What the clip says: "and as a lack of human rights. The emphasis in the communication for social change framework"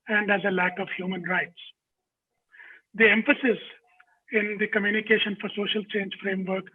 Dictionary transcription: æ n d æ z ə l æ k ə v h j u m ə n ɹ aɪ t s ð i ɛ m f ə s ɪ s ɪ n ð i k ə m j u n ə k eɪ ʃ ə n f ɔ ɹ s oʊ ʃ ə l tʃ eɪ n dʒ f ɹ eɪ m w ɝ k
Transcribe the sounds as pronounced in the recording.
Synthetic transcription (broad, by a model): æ n d æ z ə l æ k ə v h j u m ə n ɹ aɪ t s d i ɛ m f ə s ɪ s ɪ n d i k ə m j u n ə k eɪ ʃ ə n f ɔ ɹ s oʊ ʃ ə l tʃ eɪ n dʒ f ɹ eɪ m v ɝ k